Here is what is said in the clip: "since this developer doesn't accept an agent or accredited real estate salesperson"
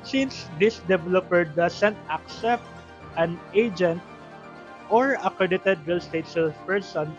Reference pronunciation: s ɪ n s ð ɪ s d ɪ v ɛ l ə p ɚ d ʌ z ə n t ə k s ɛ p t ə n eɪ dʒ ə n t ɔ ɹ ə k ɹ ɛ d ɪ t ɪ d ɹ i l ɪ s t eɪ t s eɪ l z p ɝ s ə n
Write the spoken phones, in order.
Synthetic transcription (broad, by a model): s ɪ n s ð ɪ s d ɪ v ɛ l ə p ɚ d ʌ s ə n t ə k s ɛ p t ə n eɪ dʒ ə n t ɔ ɹ ə k ɹ ɛ d ɪ t ɪ d ɹ i l s t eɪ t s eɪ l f p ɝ s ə n